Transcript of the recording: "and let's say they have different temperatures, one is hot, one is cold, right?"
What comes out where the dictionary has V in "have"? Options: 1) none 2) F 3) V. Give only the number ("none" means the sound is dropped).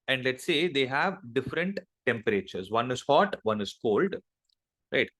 3